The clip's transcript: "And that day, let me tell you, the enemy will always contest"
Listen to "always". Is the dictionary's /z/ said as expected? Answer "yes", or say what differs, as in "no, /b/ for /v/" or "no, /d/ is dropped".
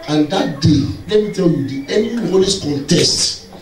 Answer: no, /s/ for /z/